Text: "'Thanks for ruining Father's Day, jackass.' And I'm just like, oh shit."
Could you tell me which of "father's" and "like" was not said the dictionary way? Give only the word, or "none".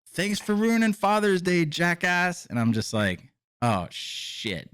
none